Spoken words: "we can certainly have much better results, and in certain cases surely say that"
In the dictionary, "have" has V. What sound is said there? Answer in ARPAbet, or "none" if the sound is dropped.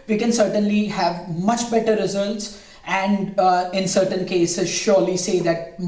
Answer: V